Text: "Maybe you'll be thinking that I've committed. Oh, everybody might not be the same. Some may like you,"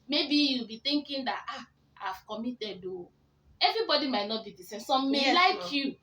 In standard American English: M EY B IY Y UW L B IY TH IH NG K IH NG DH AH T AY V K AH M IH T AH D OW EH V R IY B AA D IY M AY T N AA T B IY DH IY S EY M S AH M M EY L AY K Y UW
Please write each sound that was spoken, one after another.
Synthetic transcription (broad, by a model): M EY B IY Y UW L B IY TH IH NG K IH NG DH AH T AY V K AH M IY T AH D OW EH V R IY B AA D IY M AY T N AA T B IY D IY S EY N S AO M M EY L AY K Y UW